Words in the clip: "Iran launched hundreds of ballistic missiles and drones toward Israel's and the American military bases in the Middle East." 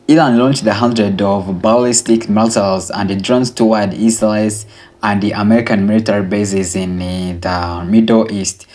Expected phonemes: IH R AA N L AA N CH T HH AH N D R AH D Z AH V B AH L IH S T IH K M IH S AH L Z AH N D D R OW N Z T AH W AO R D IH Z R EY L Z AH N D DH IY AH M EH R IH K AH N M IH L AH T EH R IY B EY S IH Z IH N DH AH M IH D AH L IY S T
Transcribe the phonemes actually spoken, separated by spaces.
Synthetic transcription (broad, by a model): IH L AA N L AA N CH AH HH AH N D R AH D AH V B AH L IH S T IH K M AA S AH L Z AH N D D R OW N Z T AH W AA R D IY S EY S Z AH N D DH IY AH M EH R IH K AH N M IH L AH T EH R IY B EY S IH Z IH N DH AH M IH D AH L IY S T